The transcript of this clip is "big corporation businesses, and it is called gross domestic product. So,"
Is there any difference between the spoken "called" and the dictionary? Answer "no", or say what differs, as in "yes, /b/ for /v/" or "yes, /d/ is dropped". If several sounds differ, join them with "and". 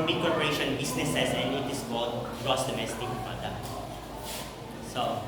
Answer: yes, /l/ is dropped